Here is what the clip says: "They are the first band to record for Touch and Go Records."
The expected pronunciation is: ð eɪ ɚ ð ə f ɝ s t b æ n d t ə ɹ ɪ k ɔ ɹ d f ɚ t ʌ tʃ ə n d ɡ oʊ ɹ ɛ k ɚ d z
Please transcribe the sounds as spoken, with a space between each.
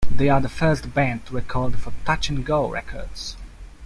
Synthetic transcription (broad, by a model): ð eɪ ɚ ð ə f ɝ s t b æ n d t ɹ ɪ k ɔ l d f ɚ t ʌ tʃ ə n ɡ oʊ ɹ ɛ k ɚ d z